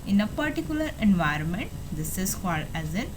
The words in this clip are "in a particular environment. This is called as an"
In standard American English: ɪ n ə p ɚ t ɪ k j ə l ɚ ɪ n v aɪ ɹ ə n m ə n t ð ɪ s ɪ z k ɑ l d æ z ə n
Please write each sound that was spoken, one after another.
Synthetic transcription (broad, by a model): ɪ n ə p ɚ t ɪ k j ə l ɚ ɪ n v aɪ ɹ ə n m ə n t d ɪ s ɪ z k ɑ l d æ z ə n